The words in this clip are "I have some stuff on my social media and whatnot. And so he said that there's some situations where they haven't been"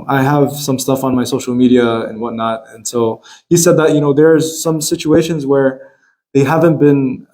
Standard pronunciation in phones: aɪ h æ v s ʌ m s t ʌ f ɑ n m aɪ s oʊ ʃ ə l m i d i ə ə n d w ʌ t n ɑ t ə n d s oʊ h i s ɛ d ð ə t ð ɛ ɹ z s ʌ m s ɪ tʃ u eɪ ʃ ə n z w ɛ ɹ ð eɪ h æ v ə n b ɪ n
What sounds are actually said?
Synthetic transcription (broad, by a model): aɪ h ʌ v s ʌ m s t ʌ f n m aɪ s oʊ ʃ l m i d i ə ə n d w ʌ t n ɑ t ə n s oʊ h i s ɛ d ð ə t ð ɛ ɹ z s ʌ m s ɪ tʃ u eɪ ʃ ə n z w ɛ ɹ ð eɪ h æ v ə n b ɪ n